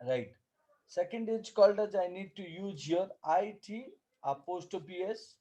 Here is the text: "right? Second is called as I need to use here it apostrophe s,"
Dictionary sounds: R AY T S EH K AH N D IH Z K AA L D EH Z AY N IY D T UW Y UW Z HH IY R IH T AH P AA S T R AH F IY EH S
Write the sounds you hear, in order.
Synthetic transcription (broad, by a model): R AY T S EH K AH N D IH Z K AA L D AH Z AY N IY D T UW Y UW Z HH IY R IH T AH P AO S T AH P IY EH S